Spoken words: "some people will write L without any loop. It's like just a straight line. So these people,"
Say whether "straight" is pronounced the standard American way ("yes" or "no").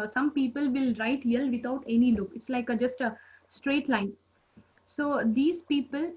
yes